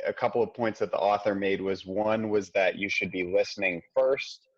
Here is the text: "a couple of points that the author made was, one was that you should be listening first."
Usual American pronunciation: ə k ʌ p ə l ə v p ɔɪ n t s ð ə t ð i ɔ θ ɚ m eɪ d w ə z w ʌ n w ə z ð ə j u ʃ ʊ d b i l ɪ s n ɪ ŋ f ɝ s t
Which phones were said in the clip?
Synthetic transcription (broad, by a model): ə k ʌ p l ə v p ɔɪ n t s ð ə t ð i ɔ θ ɚ m eɪ d w ə z w ʌ n w ə z ð ə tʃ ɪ ʃ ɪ d b i l ɪ s n ɪ ŋ f ɝ s t